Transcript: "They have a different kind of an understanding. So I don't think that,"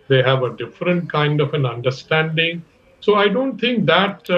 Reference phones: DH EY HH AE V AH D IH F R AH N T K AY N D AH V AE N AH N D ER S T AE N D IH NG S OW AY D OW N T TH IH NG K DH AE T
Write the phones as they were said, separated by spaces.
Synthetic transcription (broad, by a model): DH EY HH AE V AH D IH F R AH N T K AY N D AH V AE N AH N D ER S T AE N D IH NG S OW AY D OW N T T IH NG K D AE T